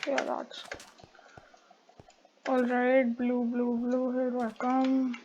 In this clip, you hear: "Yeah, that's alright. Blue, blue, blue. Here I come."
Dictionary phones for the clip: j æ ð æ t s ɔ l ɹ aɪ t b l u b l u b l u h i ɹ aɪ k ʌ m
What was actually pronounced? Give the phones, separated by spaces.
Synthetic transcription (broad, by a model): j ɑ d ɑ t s ɔ l ɹ aɪ t b l u b l u b l u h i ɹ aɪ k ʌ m